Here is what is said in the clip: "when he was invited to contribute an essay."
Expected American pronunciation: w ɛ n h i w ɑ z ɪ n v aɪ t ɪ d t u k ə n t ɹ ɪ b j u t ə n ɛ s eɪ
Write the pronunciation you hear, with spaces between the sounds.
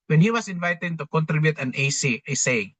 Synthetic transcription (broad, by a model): w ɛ n h i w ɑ s ɪ n v aɪ t ɪ d t u k ə n t ɹ ɪ b j u t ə n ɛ s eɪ